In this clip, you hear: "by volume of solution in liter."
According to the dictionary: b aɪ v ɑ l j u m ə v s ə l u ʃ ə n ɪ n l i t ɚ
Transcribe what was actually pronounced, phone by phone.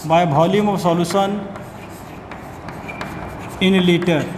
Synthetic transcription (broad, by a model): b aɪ b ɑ l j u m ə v s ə l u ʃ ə n ɪ n l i t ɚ